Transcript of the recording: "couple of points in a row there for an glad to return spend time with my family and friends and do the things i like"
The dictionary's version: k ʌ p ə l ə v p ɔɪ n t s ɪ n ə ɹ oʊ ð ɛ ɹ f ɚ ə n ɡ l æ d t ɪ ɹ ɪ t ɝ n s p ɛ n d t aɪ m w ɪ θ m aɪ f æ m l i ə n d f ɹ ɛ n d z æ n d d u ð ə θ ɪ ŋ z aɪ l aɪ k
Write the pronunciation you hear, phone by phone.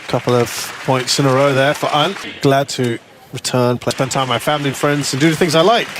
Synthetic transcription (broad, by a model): k ʌ p l ə v p ɔɪ n t s ɪ n ə ɹ oʊ ð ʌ ɹ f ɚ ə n ɡ l æ d t ɪ ɹ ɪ t ɝ n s p ɛ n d t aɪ ɪ m aɪ f æ m l i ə n f ɹ ɛ n d z n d d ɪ ð ə θ ɪ ŋ z aɪ l aɪ k